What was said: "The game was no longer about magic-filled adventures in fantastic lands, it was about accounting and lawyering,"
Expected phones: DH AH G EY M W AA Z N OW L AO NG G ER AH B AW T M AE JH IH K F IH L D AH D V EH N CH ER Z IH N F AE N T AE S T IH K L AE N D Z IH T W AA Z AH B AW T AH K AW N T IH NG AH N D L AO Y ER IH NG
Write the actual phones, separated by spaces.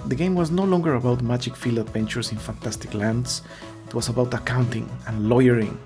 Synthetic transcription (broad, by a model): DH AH G EY M W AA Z N OW L AO NG G ER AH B AW T M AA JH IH K F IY L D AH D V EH N CH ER S IH N F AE N T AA S T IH K L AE N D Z IH T W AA S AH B AW T AH K AW N T IH NG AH N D L AO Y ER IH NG